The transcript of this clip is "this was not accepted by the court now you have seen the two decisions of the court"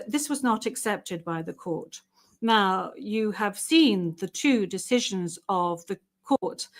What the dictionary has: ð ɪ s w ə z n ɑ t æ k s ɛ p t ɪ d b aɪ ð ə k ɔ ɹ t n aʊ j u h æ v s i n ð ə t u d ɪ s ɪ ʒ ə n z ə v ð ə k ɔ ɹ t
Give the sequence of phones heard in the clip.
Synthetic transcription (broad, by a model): ð ɪ s w ə z n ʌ t æ k s ɛ p t ɪ d b aɪ ð ə k ɔ ɹ t n aʊ j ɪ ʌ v s i n ð ə t u d ɪ s ɪ ʒ ə n z ə v ð ə k ɔ ɹ t